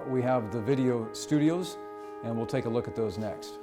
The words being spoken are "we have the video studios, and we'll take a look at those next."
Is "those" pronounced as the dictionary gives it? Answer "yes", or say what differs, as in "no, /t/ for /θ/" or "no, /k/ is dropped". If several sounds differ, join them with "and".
yes